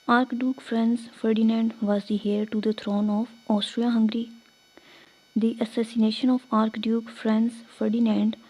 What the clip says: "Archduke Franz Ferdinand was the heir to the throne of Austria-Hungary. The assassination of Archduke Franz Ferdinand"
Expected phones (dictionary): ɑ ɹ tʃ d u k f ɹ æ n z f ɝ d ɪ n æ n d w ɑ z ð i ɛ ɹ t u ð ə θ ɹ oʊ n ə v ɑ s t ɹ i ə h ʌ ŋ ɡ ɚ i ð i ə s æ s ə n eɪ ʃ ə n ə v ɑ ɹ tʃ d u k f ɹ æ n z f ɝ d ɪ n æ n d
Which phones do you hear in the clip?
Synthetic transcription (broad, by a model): ɑ ɹ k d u k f ɹ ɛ n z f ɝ d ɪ n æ n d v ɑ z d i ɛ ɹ t u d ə t ɹ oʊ n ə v ɑ s t ɹ i ə h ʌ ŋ ɡ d i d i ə s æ s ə n eɪ ʃ ə n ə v ɑ ɹ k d u k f ɹ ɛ n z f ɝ d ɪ n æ n d